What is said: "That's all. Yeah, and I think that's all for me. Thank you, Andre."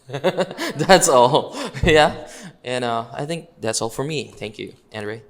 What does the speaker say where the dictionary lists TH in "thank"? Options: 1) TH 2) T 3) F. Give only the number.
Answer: 1